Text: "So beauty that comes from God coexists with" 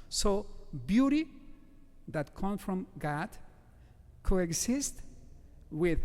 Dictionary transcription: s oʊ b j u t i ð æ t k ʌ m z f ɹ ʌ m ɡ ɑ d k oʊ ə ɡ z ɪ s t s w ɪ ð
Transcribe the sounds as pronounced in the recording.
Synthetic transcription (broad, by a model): s oʊ b j u t i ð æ t k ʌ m f ɹ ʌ m ɡ ɑ d k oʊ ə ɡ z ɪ s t w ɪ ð